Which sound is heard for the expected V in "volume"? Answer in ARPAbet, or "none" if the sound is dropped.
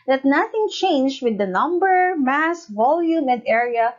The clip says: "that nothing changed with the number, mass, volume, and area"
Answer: V